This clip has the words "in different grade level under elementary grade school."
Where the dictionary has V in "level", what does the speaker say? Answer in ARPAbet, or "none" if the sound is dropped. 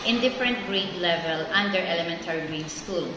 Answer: V